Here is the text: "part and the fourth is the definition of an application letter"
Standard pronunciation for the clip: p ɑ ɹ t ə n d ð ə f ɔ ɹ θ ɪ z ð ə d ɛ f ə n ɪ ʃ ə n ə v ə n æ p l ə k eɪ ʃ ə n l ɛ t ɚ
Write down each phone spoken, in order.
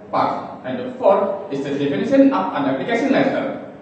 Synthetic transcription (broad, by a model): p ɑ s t ə n d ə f ɔ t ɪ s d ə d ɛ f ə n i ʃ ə n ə p ə n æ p l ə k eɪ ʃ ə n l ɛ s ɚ